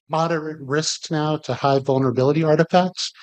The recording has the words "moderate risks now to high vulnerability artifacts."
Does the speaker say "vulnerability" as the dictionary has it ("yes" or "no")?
yes